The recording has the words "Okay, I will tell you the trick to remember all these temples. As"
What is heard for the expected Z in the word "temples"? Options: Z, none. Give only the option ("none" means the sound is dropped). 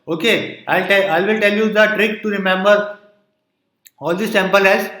none